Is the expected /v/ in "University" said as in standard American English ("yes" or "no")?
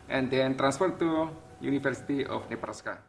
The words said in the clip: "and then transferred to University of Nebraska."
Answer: no